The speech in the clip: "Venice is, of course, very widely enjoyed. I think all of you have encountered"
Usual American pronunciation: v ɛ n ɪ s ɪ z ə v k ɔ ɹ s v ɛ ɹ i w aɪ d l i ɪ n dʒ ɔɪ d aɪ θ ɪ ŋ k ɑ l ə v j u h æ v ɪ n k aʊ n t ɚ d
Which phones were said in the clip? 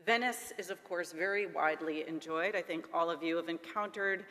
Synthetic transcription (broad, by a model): v ɛ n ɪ s ɪ z ə v k ɔ ɹ s v ɛ ɹ i w aɪ d l i ɪ n dʒ ɔɪ d aɪ θ ɪ ŋ k ɑ l ə v j u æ v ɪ n k aʊ n t ɚ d